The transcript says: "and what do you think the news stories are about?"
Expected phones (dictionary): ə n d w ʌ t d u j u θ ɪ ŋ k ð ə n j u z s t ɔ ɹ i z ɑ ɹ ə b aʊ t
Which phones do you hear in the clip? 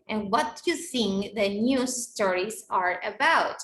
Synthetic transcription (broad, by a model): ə n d w ʌ t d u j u s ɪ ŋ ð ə n j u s t ɔ ɹ i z ɑ ɹ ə b aʊ t